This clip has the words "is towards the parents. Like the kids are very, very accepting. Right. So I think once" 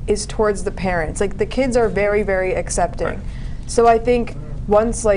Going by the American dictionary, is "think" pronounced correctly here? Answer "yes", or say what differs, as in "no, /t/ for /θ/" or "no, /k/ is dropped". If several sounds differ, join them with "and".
yes